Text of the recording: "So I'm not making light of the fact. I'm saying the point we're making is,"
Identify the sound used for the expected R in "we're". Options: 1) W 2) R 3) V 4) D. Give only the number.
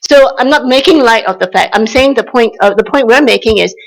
1